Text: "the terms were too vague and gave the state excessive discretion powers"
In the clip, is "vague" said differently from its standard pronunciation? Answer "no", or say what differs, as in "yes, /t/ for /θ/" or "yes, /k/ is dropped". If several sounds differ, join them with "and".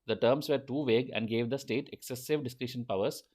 no